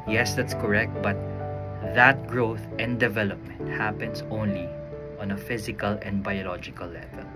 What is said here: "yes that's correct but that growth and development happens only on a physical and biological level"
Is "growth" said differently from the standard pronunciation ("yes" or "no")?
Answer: no